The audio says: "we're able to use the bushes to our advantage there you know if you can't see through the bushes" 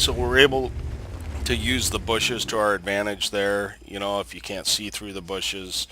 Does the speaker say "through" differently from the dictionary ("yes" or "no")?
no